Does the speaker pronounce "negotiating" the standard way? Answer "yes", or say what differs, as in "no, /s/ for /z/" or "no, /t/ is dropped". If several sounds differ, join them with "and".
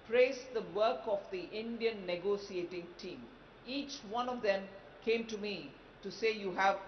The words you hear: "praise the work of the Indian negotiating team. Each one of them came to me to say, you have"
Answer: no, /s/ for /ʃ/